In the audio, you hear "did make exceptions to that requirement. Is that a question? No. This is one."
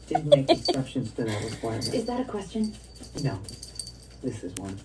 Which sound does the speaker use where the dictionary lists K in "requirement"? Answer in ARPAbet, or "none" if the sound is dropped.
none